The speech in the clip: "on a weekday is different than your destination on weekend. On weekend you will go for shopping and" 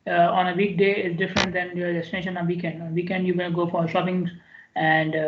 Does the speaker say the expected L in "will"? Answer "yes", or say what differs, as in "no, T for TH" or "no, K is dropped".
no, N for L